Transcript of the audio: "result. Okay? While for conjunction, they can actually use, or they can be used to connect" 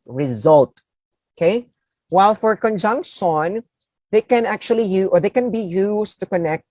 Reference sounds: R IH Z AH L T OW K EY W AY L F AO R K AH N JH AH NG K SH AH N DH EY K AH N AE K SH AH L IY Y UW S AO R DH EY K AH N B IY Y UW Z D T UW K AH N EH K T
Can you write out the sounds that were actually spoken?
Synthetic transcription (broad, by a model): R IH Z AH L T OW K EY W AY L F AO R K AH N JH AH NG K SH AH N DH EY K AH N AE K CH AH L IY Y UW AO R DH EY K AH N B IY Y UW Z T UW K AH N EH K T